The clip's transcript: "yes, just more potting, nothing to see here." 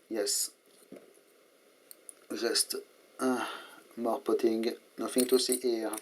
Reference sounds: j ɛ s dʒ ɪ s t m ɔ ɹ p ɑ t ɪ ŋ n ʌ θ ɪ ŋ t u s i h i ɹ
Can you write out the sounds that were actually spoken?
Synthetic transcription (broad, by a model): j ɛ s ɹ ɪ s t m ɔ ɹ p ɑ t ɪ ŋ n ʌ f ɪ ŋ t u s i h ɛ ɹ